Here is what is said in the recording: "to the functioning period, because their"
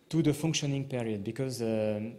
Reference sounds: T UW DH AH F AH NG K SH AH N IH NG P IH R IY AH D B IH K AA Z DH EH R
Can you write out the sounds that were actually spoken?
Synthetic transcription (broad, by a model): T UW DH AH F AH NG K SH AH N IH NG P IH R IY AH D B IH K AA Z